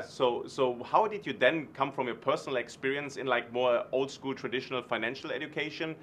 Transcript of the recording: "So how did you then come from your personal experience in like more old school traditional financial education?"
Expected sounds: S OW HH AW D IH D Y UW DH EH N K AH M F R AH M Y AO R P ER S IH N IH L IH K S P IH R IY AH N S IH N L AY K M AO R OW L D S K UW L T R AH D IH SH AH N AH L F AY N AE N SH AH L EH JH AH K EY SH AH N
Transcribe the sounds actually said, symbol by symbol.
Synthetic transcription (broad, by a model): S OW HH AW D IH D Y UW DH EH N K AH M F R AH M Y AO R P ER S N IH L IH K S P IH R IY AH N S IH N L AY K M AO R OW L D S K UW L T R AH D IH SH AH N AH L F AY N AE N SH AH L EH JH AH K EY SH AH N